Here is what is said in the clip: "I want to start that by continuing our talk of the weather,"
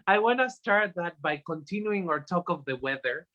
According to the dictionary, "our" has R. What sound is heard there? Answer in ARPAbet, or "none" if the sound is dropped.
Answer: R